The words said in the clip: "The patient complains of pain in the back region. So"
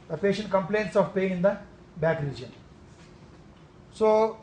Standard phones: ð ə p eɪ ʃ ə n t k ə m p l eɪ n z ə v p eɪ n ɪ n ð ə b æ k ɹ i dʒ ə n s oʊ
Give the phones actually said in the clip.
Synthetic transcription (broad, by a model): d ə p eɪ ʃ ə n t k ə m p l eɪ n s ə v p eɪ ɪ n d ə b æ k ɹ i dʒ ə n s oʊ